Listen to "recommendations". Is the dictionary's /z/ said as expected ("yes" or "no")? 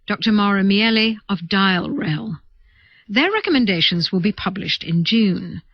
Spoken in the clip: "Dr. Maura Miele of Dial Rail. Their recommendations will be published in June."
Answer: yes